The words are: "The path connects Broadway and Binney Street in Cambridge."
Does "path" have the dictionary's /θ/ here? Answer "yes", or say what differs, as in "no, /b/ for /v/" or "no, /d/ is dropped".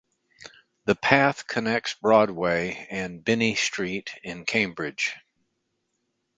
yes